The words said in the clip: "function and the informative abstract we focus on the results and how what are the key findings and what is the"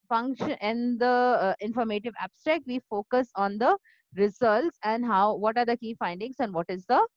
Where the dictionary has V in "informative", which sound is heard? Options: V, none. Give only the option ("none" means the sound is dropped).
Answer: V